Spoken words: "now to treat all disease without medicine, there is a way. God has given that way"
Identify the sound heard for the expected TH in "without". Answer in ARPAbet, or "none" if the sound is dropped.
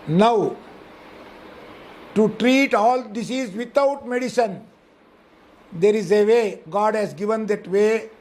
T